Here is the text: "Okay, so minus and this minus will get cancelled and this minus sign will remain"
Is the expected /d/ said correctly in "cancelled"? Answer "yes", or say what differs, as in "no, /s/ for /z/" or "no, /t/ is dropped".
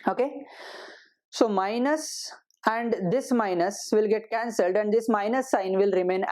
yes